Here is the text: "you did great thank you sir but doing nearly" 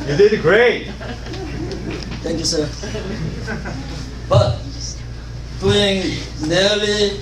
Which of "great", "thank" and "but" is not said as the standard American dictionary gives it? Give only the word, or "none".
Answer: thank